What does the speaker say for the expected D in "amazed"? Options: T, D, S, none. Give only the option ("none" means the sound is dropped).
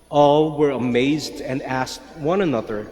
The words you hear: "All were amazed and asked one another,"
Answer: D